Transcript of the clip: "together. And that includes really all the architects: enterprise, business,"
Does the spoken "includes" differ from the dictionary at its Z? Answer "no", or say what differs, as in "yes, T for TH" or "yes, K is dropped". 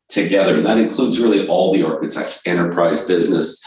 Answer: no